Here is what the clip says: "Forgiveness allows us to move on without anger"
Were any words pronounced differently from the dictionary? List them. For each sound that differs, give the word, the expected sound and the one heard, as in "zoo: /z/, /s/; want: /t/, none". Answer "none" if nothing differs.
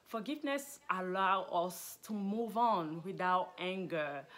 allows: /z/, none